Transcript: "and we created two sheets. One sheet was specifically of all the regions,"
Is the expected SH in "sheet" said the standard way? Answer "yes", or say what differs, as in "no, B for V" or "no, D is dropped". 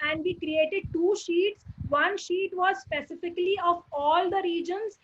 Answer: yes